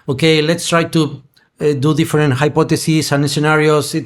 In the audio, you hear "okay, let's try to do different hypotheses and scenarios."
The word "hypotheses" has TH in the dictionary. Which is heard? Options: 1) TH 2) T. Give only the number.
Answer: 2